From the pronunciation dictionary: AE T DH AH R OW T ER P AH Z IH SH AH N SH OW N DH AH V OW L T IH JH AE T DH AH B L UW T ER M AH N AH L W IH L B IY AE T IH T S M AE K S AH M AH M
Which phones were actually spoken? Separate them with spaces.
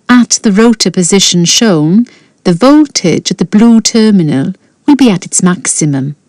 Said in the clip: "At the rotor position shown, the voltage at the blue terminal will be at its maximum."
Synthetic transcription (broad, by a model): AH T DH AH R OW T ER P AH Z IH SH AH N SH OW N DH AH V OW L T IH JH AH DH AH B L UW T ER M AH N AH L W IH L B IY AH T IH T S M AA K S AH M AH M